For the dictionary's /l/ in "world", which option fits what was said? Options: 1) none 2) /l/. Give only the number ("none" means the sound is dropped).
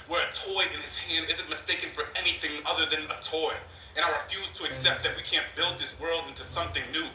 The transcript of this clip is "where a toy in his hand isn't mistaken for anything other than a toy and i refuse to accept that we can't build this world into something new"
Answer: 2